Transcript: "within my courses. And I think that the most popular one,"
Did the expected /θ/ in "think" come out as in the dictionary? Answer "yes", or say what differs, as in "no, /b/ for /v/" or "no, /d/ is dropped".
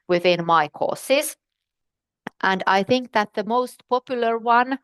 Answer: yes